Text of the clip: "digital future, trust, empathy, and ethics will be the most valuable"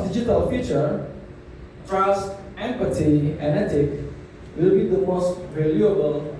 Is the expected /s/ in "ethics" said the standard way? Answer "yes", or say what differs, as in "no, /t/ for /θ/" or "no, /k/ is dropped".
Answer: no, /s/ is dropped